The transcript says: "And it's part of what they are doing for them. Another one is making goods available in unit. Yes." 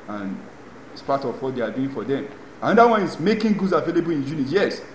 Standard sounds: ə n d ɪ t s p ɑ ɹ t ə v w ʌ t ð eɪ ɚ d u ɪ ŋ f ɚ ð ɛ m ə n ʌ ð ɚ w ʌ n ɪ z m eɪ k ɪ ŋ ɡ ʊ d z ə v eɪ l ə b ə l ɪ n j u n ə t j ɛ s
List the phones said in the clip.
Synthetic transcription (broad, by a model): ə n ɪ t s p ɑ t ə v w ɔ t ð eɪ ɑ d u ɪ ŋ f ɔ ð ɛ m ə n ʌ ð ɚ w ʌ n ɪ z m eɪ k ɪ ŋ ɡ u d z ə v eɪ l ə b ə l ɪ n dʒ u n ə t j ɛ s